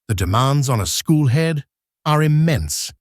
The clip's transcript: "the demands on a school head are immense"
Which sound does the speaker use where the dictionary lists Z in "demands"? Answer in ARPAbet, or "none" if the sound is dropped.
Z